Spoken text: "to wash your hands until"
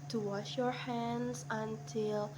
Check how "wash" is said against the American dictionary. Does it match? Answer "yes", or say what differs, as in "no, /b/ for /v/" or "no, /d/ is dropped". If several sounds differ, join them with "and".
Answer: yes